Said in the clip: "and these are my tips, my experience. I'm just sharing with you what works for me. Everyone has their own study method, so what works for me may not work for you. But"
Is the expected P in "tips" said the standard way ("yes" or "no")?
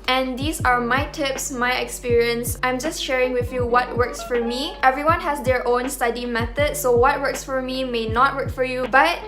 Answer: yes